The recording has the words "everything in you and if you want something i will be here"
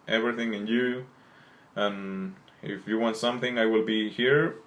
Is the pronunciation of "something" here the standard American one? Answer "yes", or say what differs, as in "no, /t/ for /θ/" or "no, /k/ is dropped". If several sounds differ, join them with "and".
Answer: yes